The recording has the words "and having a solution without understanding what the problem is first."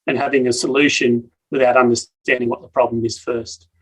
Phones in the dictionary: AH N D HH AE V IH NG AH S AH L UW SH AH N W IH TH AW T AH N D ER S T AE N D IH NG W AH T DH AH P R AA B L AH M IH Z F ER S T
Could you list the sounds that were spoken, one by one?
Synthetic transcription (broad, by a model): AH N HH AE V IH NG AH S AH L UW SH AH N W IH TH AW T AH N D ER S T AE N D IH NG W AH T DH AH P R AA B L AH M IH Z F ER S T